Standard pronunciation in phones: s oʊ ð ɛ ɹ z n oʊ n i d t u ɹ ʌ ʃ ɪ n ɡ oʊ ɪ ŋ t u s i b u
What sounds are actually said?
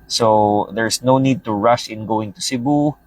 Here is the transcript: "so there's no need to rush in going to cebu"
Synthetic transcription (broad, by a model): s oʊ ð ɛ ɹ s n oʊ n i d t u ɹ ʌ ʃ ɪ n ɡ oʊ ɪ ŋ t u s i b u